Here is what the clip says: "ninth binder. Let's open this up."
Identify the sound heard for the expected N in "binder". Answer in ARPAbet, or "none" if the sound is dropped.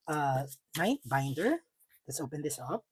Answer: N